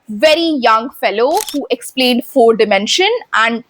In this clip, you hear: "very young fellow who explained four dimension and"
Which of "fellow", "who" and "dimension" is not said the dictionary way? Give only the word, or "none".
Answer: none